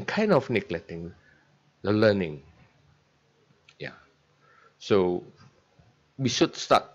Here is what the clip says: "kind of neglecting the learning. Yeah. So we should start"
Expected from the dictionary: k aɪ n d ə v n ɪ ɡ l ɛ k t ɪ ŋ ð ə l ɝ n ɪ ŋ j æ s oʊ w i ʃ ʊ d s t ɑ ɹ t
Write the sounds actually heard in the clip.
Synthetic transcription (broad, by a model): k aɪ n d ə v n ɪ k l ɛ t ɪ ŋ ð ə l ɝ n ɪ ŋ j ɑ s oʊ w i ʃ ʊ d s t ɑ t